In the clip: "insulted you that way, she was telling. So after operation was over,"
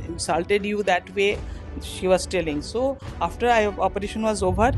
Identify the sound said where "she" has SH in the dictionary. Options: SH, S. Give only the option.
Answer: SH